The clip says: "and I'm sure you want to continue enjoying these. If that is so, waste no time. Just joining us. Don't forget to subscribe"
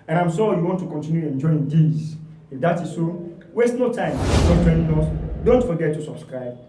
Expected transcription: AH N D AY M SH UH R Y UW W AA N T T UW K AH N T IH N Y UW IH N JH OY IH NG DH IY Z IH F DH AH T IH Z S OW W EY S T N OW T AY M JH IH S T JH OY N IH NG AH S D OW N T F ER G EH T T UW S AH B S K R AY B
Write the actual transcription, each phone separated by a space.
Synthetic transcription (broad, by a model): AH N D AY M S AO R Y UW W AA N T T UW K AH N T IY N Y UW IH N JH OY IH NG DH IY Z IH F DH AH T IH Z S OW W EY S T N OW T AY M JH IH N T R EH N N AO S D OW N T F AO G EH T T UW S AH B S K R AY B